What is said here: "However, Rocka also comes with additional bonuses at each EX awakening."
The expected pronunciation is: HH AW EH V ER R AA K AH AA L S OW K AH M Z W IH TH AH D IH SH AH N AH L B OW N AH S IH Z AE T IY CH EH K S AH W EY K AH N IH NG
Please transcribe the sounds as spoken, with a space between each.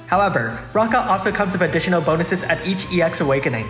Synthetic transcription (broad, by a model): HH AW EH V ER R AA K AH AA L S OW K AH M Z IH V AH D IH SH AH N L B OW N AH S IH Z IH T IY CH EH K S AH W EY K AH N IH NG